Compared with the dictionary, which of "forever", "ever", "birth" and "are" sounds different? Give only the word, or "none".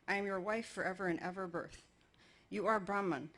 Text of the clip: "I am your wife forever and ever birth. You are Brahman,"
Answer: none